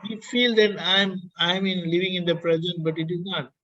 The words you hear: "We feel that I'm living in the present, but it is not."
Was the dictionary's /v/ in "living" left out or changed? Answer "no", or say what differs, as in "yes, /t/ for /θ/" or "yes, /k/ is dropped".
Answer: no